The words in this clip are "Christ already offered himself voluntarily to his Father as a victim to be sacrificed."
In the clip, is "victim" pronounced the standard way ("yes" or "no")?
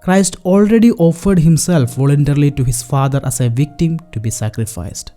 yes